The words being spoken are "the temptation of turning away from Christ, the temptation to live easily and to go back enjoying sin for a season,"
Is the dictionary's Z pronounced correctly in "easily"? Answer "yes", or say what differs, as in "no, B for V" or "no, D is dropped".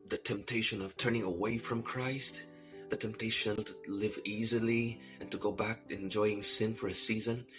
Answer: yes